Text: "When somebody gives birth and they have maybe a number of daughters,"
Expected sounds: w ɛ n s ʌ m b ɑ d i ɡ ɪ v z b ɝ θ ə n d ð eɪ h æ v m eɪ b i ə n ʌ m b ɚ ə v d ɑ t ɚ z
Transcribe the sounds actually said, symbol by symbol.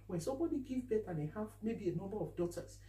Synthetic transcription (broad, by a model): w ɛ n s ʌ m b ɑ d i ɡ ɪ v b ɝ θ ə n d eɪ h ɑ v m eɪ b i ə n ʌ m b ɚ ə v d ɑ t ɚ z